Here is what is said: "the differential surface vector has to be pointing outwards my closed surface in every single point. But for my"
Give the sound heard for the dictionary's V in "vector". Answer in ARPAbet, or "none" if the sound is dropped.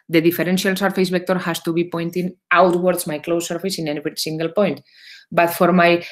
B